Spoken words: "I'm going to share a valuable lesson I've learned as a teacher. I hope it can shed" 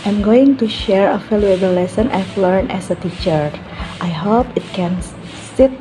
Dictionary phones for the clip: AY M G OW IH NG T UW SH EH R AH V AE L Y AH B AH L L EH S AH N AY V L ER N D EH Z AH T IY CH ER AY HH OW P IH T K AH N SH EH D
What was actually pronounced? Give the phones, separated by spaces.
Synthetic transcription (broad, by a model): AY M G OW IH NG T UW SH EH R AH F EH L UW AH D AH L L EH S AH N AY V L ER N EH S AH T IY CH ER AY HH OW P IH T K AH N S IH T